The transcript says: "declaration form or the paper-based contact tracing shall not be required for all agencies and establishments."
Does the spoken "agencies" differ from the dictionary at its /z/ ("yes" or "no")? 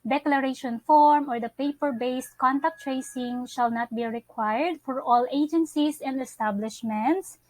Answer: yes